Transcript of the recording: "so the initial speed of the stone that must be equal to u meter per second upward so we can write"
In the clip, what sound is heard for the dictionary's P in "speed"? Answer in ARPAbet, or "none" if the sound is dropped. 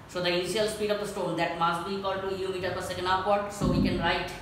P